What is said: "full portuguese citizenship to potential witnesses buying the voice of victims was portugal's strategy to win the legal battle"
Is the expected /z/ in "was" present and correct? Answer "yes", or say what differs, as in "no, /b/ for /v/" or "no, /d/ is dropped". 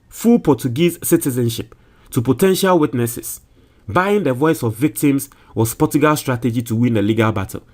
no, /s/ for /z/